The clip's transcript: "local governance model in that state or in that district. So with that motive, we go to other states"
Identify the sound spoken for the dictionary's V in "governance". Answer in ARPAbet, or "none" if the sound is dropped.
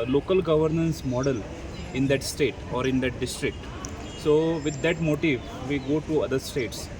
V